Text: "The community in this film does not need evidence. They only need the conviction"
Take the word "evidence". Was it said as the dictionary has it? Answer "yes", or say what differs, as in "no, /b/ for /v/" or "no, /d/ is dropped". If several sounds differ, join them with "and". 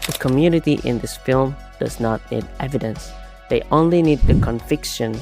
yes